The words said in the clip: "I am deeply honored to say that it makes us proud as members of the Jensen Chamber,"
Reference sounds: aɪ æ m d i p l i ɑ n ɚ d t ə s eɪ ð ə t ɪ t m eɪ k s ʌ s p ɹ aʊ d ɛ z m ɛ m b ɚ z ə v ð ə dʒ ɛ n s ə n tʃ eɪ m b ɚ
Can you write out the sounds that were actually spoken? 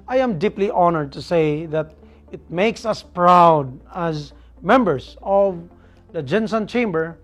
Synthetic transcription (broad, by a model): aɪ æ m d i p l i ɑ n ɚ d t ə s eɪ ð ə t ɪ t m eɪ k s ʌ s p ɹ aʊ d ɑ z m ɛ m b ɚ s ə v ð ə dʒ ɛ n s ə n tʃ eɪ m b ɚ